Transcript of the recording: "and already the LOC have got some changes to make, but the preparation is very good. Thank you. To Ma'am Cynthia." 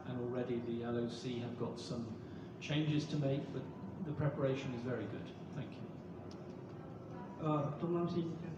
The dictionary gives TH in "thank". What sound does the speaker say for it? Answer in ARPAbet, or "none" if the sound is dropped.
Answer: TH